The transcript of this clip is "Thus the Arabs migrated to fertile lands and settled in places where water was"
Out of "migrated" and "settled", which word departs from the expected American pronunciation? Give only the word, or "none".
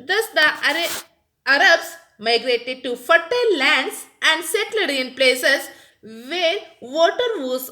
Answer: settled